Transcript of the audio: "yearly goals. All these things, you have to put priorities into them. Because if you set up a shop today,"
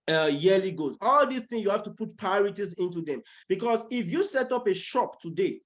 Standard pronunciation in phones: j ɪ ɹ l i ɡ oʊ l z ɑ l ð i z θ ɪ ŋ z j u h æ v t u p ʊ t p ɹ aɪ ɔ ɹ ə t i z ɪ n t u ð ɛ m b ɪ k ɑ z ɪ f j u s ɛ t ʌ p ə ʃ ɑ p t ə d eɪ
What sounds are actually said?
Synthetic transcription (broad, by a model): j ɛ l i ɡ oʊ z ɑ l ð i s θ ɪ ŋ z j u h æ f t u p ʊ t p aɪ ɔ ɹ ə t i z ɪ n t u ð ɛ m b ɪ k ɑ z ɪ f j u s ɛ t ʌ p ə ʃ ɑ p t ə d eɪ